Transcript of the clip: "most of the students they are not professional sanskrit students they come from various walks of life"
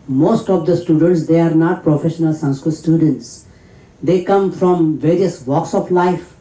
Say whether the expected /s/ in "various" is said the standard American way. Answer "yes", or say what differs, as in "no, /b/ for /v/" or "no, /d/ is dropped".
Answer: yes